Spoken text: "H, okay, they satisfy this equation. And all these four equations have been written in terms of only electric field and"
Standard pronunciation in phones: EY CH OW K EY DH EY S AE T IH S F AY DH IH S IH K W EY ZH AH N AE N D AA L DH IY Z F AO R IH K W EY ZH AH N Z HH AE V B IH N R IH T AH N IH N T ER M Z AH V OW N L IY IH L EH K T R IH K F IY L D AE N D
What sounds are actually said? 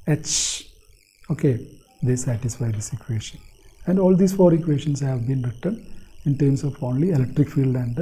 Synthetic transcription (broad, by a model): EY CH OW K EY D EY S AE T IH S F AY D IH S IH K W EY SH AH N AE N D AA L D IY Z F AO R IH K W EY SH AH N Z HH AE V B IH N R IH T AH N IH N T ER M S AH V OW N L IY IH L EH K T R IH K F IY L D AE N D